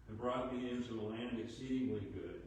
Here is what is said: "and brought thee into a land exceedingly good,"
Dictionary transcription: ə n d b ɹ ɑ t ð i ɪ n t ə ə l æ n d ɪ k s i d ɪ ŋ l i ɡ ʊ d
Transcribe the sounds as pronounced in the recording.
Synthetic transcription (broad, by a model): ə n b ɹ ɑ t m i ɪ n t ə ə l æ n d ɪ k s i d ɪ ŋ l i ɡ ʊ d